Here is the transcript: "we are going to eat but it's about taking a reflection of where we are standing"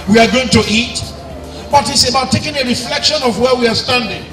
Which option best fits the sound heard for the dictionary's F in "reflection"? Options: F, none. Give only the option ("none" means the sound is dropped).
F